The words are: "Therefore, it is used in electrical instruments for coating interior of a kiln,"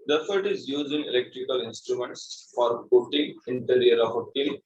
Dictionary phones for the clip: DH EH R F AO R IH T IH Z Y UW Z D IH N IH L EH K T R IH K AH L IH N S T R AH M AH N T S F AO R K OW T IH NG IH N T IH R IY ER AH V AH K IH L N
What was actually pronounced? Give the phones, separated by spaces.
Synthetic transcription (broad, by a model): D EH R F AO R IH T IH Z Y UW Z IH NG IH L EH K T R IH K AH L IH N S T R AH M AH N T S F AO R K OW T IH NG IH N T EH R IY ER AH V AH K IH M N